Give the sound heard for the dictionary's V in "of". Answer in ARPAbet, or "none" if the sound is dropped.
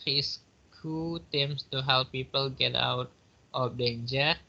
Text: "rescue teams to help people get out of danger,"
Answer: P